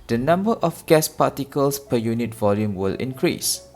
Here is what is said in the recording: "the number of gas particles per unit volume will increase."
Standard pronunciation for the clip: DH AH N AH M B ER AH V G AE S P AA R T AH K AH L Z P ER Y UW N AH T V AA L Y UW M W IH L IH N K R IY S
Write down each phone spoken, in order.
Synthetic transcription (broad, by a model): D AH N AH M B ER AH F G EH S P AA T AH K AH L S P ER Y UW N AH T V AA L Y UW M W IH L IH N K R IY S